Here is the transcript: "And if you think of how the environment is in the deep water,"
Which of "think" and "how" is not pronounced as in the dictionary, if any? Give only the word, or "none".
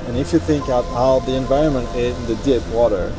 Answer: none